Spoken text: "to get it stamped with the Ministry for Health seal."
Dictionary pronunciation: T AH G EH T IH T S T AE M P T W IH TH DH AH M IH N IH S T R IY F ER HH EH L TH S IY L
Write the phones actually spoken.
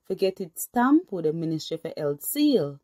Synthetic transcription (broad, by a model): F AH G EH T IH T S T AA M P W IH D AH M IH N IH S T IY F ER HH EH L T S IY L